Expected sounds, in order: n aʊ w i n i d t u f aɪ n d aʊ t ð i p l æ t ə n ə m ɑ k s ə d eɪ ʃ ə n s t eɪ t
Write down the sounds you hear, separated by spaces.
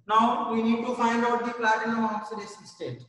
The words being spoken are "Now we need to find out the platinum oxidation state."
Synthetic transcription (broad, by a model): n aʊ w i n i d t u f aɪ n d aʊ t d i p l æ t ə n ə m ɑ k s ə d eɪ s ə s t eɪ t